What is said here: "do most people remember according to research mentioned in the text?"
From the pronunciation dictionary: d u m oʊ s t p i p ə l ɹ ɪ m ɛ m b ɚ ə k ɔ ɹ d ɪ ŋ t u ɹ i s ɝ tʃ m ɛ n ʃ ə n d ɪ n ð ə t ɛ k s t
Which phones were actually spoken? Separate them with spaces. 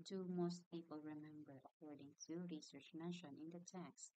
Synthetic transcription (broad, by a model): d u m oʊ s t p i p ə l ɹ ɪ m ɛ m b ɚ ə k ɔ ɹ d ɪ ŋ t u ɹ i s ɝ tʃ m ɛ ʃ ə n ɪ n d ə t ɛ k s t